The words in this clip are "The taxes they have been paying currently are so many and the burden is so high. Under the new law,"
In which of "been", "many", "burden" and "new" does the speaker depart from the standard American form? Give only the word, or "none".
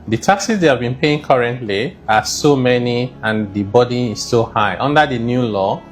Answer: burden